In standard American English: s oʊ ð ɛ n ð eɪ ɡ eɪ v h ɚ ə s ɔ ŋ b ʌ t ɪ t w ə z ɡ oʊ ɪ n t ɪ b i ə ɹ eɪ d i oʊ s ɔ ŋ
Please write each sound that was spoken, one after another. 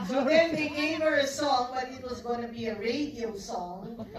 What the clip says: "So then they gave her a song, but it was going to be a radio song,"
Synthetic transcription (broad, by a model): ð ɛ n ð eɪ ɡ eɪ v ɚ ə s ɔ ŋ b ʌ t ɪ t w ə z ɡ oʊ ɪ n t ɪ b i ə ɹ eɪ d i oʊ s ɔ ŋ